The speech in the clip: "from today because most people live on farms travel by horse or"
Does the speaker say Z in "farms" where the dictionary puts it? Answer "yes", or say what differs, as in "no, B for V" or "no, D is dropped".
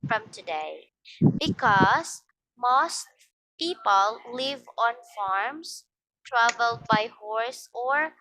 no, S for Z